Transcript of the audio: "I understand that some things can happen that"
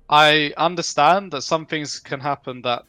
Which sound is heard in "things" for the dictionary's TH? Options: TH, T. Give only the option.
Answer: TH